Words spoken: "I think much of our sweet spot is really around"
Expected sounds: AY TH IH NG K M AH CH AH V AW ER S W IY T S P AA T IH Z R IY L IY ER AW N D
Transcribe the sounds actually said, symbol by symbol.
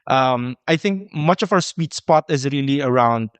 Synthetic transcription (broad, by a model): AY TH IH NG K M AH CH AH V AW ER S W IY T S P AA T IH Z R IY L IY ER AW N D